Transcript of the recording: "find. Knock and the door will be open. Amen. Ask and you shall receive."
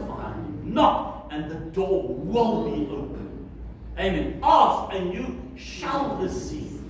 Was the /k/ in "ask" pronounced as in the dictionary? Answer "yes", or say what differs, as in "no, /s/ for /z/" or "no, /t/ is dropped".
no, /k/ is dropped